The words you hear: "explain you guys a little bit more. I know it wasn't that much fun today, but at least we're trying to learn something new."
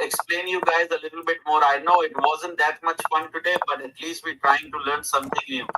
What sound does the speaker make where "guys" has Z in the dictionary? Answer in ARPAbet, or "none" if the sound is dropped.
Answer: Z